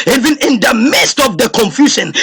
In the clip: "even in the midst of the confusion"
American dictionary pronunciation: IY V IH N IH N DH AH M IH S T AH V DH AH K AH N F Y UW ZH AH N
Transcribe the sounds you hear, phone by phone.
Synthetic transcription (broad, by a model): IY V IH N IH N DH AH M IH S T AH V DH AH K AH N F Y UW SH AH N